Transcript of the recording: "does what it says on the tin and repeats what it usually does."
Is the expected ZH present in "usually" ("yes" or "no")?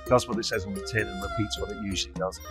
yes